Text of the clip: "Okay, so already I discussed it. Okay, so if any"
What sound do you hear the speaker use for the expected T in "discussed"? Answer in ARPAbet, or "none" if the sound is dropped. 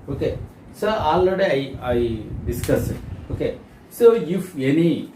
none